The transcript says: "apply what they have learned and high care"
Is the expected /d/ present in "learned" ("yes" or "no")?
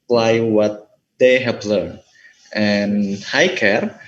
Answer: no